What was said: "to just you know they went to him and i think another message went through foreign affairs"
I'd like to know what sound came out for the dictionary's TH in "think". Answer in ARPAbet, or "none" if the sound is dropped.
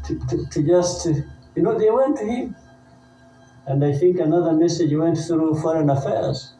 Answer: TH